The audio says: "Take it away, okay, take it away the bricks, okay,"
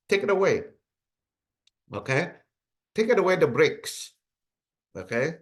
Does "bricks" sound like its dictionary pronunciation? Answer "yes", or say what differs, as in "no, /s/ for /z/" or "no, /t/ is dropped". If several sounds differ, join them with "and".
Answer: yes